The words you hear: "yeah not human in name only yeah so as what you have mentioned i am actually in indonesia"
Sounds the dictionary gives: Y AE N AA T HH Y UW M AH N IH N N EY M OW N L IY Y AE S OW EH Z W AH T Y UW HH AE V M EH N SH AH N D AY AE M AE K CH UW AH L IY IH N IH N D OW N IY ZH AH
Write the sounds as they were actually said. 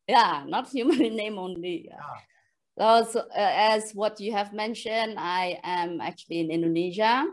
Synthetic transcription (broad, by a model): Y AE N AA T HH Y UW M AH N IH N N EY M OW N L IY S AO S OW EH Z W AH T Y UW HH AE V M EH N SH AH N D AY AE M AE K CH UW AH L IY IH N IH N D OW N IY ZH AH